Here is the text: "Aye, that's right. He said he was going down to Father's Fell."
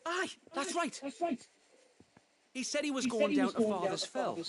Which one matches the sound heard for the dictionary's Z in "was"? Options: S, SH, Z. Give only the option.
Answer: Z